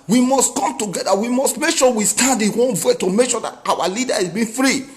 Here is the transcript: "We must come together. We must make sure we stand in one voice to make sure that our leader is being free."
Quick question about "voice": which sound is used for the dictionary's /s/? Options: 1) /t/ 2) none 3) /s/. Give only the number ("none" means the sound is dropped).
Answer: 2